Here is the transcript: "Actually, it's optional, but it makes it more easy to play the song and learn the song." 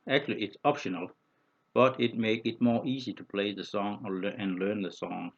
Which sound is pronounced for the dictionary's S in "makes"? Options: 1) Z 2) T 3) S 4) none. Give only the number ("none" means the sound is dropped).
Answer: 4